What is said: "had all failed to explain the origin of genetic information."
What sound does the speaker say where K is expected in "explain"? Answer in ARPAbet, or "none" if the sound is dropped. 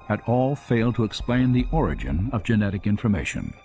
K